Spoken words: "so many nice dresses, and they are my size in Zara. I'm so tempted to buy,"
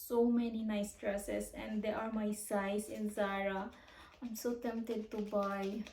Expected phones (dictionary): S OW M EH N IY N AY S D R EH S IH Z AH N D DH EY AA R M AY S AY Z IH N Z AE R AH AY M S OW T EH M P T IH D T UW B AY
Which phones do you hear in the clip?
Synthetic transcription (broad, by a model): S OW M EH N IY N AY S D R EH S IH S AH N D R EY AA R M AY S AY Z IH N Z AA R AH AY M S OW T EH M P T IH D T UW B AY